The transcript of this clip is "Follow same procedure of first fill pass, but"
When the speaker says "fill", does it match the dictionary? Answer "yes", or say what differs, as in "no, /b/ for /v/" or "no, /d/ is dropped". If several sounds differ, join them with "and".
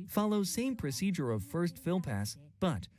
yes